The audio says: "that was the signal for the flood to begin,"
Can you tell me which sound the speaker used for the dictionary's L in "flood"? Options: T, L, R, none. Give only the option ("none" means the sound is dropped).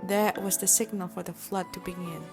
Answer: L